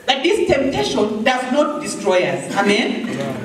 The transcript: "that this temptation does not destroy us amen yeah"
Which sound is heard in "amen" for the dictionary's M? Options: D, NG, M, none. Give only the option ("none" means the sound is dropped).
M